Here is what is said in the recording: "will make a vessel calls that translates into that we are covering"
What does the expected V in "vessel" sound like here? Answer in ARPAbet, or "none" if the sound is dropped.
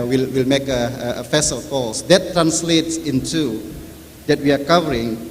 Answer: F